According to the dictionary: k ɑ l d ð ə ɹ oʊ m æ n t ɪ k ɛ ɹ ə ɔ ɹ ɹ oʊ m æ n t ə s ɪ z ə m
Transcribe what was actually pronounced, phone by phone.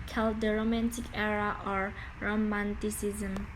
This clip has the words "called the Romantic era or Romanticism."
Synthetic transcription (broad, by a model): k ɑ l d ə ɹ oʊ m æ n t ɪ k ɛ ɹ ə ɔ ɹ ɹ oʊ m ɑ n t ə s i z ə m